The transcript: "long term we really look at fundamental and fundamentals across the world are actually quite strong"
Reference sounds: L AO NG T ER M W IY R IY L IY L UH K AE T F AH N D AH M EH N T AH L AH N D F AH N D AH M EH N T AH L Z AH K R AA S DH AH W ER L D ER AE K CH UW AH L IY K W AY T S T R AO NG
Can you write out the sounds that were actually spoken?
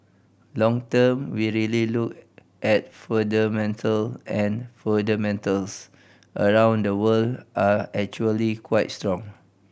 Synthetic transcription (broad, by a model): L AO NG T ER M W IY R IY L IY L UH K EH T F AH D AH M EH N T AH L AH N F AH D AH M EH N T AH L S AH R AA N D AH W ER L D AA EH K CH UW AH L IY K W AY T S T R AO NG